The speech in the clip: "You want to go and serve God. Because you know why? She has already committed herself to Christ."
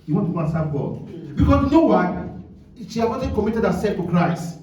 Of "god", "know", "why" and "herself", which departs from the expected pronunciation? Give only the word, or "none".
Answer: herself